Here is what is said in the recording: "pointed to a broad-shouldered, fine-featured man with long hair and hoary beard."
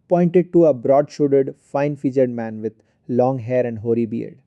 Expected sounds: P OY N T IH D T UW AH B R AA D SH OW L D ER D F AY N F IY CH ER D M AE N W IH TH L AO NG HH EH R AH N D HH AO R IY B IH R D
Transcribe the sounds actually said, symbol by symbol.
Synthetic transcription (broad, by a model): P OY N T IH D T UW AH B R AA D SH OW D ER D F AY N F IY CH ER D M AE N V IH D L AO NG HH EH R AH N D HH AO R IY B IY R D